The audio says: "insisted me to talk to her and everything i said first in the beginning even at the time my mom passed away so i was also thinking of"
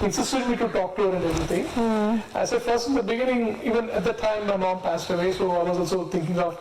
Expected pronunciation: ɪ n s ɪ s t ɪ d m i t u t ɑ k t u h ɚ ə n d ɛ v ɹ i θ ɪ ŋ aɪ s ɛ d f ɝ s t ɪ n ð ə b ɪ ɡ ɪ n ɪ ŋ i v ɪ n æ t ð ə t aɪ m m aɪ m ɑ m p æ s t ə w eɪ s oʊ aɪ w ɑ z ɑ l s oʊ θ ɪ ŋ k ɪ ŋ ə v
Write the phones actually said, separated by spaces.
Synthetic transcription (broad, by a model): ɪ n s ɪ s t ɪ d m i t u t ɑ k t u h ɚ ə n d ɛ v ɹ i t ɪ ŋ aɪ s ɛ d f ɝ s t ɪ n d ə b ɪ ɡ ɪ n ɪ ŋ i v ɪ n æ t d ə t aɪ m m aɪ m ɑ m p æ s t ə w eɪ s oʊ aɪ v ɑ z ɑ l s oʊ t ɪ ŋ k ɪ ŋ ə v